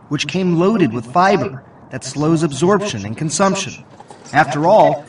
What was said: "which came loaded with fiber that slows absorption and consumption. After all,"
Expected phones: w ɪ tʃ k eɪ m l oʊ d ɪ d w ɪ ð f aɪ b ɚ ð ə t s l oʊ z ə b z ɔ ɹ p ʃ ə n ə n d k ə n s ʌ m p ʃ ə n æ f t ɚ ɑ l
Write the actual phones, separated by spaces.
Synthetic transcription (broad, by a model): w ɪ tʃ k eɪ m l oʊ d ɪ d w ɪ ð f aɪ b ɚ ð ə t s l oʊ z ə b z ɔ ɹ p ʃ ə n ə n k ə n s ʌ m p ʃ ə n æ f t ɚ ɑ l